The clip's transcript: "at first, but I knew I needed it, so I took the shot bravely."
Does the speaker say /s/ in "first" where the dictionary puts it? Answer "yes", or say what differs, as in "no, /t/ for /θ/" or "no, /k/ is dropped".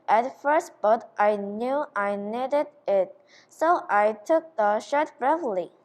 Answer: yes